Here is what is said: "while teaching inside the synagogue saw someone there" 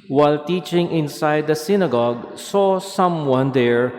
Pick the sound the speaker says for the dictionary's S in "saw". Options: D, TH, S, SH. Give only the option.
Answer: S